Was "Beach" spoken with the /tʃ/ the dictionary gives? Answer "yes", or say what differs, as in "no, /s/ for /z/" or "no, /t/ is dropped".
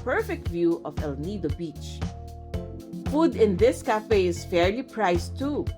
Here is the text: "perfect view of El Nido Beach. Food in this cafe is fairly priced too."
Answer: yes